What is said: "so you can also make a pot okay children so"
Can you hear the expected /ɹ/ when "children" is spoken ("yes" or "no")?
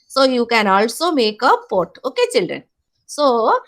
yes